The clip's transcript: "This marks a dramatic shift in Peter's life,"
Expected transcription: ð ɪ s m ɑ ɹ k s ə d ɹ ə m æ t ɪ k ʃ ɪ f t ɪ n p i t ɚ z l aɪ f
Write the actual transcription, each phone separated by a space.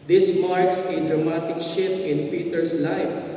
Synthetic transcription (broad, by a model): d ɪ s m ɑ ɹ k s ə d ɹ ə m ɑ t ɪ k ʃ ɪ t ɪ n p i t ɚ s l aɪ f